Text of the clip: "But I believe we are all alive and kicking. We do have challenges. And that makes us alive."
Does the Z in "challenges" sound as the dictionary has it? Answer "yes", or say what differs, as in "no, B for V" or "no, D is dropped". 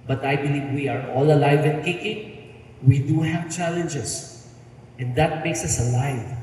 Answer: no, S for Z